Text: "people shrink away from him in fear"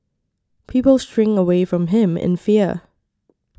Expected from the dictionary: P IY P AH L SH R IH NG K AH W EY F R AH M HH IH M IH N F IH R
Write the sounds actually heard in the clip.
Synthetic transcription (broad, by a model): P IY P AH L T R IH NG AH W EY F R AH M HH IH M IH N F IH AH